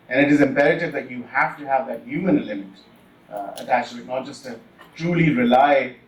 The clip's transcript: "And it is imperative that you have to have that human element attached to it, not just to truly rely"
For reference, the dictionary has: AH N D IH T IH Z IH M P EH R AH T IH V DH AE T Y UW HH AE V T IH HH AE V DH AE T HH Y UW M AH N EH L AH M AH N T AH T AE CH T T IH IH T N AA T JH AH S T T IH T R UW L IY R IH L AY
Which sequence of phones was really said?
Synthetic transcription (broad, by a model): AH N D IH T IH Z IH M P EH R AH T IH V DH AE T Y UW HH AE F T IH HH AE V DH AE T HH Y UW M AH N L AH M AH T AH T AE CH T T IH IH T N AA T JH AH S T T IH T R UW L IY R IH L AY